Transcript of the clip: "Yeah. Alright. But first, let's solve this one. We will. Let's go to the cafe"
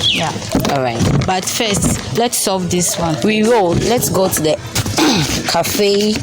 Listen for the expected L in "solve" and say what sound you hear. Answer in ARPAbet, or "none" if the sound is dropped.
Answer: none